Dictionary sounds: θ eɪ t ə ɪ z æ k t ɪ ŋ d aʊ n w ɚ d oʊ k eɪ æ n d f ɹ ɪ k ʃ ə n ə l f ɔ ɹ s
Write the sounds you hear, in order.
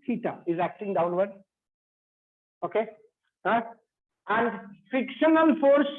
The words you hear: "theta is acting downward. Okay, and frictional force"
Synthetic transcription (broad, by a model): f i t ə ɪ z æ k t ɪ ŋ d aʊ n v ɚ d oʊ k eɪ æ n d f ɪ k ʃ ə n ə n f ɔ ɹ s